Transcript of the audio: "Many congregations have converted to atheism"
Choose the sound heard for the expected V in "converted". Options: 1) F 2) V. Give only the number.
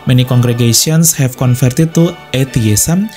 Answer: 1